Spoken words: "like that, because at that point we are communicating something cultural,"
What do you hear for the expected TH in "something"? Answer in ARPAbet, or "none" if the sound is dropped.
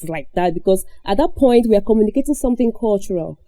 TH